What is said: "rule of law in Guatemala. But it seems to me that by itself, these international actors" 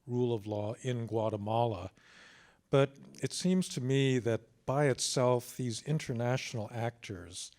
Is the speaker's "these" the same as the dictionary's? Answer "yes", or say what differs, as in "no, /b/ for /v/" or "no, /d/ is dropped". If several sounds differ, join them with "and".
yes